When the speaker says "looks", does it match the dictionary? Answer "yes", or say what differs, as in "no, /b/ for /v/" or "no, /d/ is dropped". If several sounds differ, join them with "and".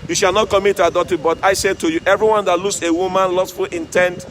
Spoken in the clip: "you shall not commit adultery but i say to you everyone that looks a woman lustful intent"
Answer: no, /k/ is dropped